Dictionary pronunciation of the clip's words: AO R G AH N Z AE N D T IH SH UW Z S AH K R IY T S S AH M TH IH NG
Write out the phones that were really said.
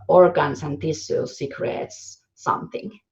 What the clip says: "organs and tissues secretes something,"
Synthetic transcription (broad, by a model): AO R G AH N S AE N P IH S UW S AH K R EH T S S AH M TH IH NG